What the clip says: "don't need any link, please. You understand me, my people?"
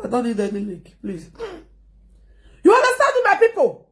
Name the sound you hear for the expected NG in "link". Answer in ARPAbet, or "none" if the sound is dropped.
none